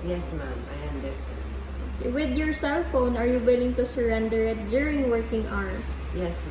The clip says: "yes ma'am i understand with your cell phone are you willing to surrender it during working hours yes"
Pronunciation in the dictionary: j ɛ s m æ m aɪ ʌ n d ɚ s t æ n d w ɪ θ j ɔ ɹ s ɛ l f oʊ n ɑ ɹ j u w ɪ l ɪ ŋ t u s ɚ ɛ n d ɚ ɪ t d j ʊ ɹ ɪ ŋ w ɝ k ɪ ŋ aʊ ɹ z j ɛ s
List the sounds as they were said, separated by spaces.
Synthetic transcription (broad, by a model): j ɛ s m æ m aɪ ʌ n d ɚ s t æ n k w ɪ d j ɔ ɹ s ɛ l f oʊ n ɑ ɹ j u w ɪ l ɪ ŋ t u s ɚ ɛ n d ɚ ɪ t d j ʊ ɹ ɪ ŋ w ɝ k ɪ ŋ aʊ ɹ s j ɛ s